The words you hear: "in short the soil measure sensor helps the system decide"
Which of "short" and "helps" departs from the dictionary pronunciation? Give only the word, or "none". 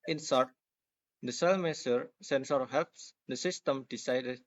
short